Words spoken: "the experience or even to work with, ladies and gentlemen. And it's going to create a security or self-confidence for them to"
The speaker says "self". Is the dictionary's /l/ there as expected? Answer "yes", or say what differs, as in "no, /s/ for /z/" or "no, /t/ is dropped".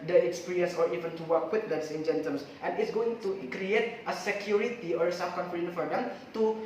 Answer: no, /l/ is dropped